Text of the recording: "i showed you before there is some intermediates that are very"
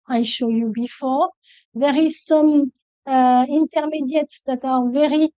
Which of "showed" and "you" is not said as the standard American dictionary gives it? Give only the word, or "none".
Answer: none